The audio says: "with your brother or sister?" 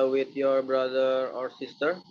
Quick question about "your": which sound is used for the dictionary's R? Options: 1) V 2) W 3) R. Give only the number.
3